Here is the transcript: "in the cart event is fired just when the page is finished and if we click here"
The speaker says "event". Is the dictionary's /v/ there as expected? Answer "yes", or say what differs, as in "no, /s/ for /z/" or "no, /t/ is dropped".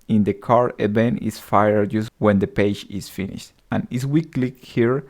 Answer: no, /b/ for /v/